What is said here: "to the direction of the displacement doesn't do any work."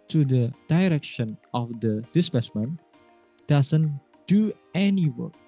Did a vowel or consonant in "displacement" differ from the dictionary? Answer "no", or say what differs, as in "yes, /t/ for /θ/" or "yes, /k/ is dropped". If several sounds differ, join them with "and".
yes, /l/ is dropped